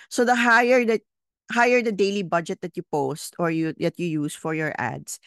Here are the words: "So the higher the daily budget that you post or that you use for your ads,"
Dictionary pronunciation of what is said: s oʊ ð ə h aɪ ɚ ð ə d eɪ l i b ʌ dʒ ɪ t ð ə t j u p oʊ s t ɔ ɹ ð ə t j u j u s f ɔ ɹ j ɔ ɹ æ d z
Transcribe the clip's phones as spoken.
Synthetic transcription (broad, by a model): s oʊ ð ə h aɪ ɚ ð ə d eɪ l i b ʌ dʒ ɪ t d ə t j u p oʊ s t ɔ ɹ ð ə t j u j u s f ɔ ɹ j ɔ ɹ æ d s